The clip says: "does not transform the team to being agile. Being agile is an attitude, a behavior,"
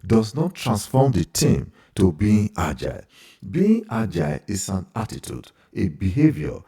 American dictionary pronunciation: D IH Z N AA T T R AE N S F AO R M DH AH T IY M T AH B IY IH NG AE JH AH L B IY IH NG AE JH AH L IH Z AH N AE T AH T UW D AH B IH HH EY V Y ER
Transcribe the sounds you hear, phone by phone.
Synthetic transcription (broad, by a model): D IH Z N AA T T R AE N S F AO M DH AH T IY M T AH B IY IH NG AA JH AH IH B IY IH NG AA JH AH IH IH S AH N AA T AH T UW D AH B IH HH EY V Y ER